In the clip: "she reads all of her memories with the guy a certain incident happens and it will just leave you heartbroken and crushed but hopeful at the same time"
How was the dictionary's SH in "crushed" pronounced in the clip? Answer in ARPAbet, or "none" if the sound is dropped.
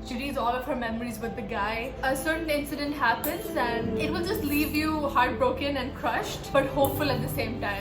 SH